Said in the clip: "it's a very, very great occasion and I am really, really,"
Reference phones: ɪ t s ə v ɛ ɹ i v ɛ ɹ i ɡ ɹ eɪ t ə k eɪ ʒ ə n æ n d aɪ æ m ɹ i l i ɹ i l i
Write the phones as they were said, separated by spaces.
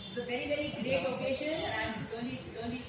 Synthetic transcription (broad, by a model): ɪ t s ə v ɛ ɹ i v ɛ ɹ i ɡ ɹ eɪ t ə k eɪ ʃ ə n æ n d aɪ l i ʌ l i